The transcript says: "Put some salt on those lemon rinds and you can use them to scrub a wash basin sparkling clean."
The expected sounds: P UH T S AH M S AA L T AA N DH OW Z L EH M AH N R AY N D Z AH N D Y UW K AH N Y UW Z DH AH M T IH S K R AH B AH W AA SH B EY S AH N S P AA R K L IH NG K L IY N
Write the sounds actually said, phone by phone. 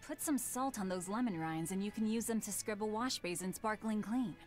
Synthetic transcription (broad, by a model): P UH T S AH M S AA L T N DH OW Z L EH M AH N R AY N Z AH N Y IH K AH N Y UW Z DH AH M T IH S K R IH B AH W AA SH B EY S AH N S P AA R K L IH NG K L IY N